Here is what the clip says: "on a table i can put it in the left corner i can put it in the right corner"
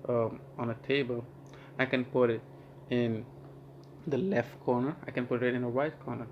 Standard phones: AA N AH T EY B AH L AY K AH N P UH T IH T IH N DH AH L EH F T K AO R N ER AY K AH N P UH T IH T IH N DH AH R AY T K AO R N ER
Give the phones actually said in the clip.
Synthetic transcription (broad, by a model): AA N AH T EY B AH L AY K AH N P UH T IH T IH N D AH L EH F T K AO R N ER AY K AH N P UH T IH T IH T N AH W AY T K AO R N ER